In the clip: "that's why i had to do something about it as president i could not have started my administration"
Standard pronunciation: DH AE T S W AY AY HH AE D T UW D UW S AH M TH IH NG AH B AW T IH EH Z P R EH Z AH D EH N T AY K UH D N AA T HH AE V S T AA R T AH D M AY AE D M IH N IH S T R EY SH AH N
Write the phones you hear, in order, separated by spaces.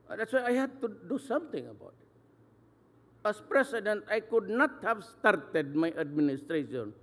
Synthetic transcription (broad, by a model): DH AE T S W AY AY HH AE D T UW D UW S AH M T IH NG AH B AW T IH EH S P R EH S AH D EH N T AY K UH D N AA T HH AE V S T AA R T AH D M AY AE D M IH N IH S T R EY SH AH N